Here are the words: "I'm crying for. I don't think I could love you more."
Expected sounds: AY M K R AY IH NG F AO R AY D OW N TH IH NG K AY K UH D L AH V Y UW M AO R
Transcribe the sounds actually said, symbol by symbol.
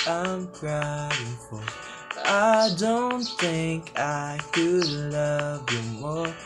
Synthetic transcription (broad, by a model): AY M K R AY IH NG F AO L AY D OW N TH IH NG K AY K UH D L AH V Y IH M AO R